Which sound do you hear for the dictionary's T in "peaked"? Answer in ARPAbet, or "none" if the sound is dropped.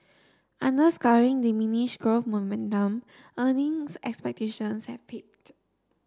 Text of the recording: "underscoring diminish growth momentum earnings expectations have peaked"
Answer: T